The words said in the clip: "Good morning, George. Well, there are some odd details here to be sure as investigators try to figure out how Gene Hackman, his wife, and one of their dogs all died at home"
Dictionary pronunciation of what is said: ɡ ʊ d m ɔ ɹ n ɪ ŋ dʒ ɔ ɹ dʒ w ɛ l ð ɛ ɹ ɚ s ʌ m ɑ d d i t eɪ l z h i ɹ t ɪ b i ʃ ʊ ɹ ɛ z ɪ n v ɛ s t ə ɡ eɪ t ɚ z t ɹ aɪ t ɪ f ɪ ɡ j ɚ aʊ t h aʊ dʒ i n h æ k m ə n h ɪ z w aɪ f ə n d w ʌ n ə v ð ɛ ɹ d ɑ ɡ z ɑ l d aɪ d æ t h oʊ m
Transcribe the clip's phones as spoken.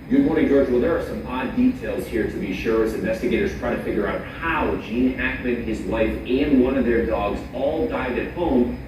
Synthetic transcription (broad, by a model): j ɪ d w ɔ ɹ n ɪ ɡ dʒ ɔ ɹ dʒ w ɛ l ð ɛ ɹ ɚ s ʌ m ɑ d d i t eɪ l z h i ɹ t ɪ b i ʃ ʊ ɹ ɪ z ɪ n v ɛ s t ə ɡ eɪ t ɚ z t ɹ aɪ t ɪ f ɪ ɡ j ɚ aʊ t h aʊ dʒ i n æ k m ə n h ɪ z w aɪ f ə n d w ʌ n ə v ð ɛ ɹ d ɑ ɡ z ɑ l d aɪ d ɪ t h oʊ m